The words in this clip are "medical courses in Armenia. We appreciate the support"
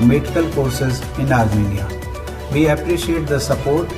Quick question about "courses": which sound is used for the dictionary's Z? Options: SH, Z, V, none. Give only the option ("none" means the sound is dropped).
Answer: Z